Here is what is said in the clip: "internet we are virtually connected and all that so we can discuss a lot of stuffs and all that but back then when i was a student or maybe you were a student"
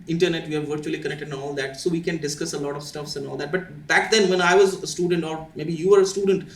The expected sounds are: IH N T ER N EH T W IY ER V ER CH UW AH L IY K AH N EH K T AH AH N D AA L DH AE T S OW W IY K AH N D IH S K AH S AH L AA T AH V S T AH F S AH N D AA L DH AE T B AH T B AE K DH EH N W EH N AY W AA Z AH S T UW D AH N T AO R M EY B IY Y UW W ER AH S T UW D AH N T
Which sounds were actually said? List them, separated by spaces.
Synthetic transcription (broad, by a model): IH N T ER N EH T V IY ER V ER CH UW AH L IY K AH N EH K T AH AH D AA L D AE T S OW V IY K AH N D IH S K AH S AH L AA T AH V S T AH F S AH N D AA L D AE T B AH T B AE K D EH N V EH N AY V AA Z AH S T UW D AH N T AO R M EY B IY Y UW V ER AH S T UW D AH N T